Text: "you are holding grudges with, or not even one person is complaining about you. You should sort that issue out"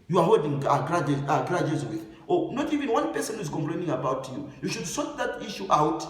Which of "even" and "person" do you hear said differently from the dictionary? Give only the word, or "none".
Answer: none